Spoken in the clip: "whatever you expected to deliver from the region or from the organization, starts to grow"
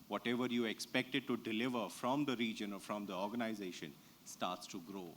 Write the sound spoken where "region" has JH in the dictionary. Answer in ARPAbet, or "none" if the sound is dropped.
JH